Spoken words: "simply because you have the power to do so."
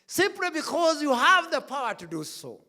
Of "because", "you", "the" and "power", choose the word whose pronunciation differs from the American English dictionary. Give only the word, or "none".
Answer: none